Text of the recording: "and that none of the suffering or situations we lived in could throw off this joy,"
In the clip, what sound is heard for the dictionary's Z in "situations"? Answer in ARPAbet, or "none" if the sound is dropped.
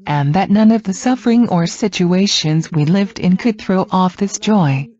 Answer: Z